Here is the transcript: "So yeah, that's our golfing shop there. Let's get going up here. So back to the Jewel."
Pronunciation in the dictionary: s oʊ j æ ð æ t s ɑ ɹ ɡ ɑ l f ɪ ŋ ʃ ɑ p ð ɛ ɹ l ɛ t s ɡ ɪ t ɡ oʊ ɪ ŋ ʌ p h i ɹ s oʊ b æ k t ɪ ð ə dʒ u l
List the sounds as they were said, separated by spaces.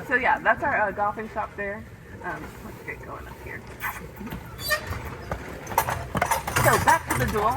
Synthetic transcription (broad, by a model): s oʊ j æ ð æ t s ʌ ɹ ɡ ɑ f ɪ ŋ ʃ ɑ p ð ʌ ɹ w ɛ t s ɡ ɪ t ɡ oʊ ɪ ŋ ʌ p h i ɹ s oʊ b æ k t ɪ ð ə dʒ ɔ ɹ